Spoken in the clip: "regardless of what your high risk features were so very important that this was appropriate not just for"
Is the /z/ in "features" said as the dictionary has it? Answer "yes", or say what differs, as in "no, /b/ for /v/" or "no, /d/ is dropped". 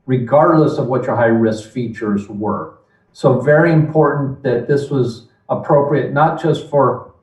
yes